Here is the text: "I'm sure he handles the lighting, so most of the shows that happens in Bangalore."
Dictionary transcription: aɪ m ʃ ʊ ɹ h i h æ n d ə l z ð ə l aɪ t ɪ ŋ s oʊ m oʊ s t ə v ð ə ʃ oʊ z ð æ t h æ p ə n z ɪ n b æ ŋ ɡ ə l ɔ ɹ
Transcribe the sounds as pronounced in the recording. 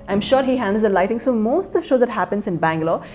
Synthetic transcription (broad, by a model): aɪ m ʃ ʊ ɹ h i h æ n d ə l z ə l aɪ t ɪ ŋ s oʊ m oʊ s t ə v ʃ oʊ z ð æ t h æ p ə n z ɪ n b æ ŋ ɡ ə l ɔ